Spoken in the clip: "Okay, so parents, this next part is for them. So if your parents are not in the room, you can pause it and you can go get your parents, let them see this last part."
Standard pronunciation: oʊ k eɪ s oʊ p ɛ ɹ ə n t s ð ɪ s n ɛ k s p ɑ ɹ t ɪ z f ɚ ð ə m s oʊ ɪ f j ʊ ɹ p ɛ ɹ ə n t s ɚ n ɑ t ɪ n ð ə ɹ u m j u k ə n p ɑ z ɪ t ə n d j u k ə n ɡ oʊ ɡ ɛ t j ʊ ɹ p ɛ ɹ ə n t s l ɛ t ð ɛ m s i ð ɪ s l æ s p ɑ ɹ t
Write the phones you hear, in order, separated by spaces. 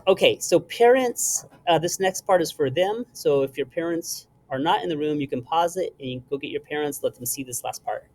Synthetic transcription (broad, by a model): oʊ k eɪ s oʊ p ɛ ɹ ə n t s ð ɪ s n ɛ k s p ɑ ɹ t ɪ z f ɚ ð ə m s oʊ ɪ f j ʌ ɹ p ɛ ɹ ə n t s ɚ n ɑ t ɪ n ð ə ɹ u m j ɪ k ə n p ɑ z ɪ t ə n j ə ɡ oʊ ɡ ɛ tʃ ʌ ɹ p ɛ ɹ ə n t s l ɛ t ð m s i ð ɪ s l æ s p ɑ ɹ t